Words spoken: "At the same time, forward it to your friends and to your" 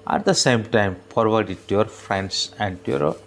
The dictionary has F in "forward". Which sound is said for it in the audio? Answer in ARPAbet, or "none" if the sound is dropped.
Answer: P